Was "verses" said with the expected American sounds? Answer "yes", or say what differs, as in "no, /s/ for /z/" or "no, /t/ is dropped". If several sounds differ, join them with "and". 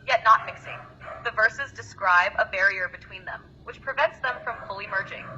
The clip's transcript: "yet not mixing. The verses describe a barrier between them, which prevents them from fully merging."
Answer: yes